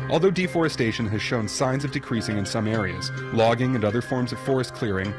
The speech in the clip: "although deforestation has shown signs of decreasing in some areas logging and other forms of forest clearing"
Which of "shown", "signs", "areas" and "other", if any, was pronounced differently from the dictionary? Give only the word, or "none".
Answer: none